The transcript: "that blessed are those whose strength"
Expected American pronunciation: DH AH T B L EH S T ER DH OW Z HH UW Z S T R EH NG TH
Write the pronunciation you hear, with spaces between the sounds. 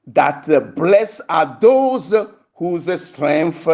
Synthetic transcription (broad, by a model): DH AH T B L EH S AA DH OW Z HH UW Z S T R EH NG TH